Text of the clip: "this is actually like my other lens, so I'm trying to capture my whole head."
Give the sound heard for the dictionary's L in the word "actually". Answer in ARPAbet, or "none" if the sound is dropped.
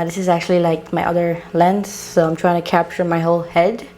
L